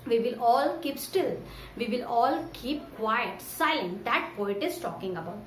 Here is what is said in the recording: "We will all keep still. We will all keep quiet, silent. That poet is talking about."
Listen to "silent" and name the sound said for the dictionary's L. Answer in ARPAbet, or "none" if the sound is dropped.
none